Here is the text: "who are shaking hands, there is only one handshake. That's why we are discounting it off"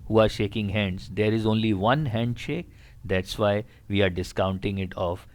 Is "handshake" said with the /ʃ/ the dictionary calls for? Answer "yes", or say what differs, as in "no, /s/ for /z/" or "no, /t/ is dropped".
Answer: yes